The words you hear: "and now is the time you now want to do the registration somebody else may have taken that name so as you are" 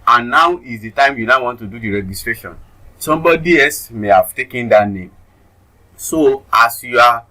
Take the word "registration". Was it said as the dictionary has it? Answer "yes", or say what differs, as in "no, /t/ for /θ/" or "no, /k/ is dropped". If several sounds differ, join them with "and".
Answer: yes